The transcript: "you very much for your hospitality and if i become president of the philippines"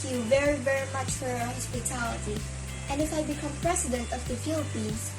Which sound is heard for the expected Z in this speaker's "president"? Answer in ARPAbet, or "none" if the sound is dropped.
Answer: S